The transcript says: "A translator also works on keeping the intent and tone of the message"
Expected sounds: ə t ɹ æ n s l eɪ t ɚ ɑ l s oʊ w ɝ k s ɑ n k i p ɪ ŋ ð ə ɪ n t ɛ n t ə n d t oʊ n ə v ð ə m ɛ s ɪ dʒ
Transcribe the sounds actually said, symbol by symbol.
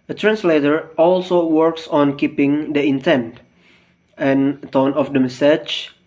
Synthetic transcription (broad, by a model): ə t ɹ æ n s l eɪ t ɚ ɑ l s oʊ w ɝ k s ɑ n k i p ɪ ŋ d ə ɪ n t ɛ n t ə n t oʊ n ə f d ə m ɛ s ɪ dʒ